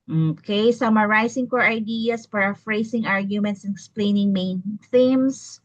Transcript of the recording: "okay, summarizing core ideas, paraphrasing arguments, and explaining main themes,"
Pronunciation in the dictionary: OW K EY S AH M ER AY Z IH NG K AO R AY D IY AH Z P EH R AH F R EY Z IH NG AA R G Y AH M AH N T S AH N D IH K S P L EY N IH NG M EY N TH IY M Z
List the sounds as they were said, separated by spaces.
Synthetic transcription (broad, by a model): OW K EY S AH M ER AY S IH NG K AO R AY D IY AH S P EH R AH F R EY S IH NG AA R G Y AH M AH N T S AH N IH K S P L EY N IH NG M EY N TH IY M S